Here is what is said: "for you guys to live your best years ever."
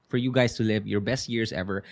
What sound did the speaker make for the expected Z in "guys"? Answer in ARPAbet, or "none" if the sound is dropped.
S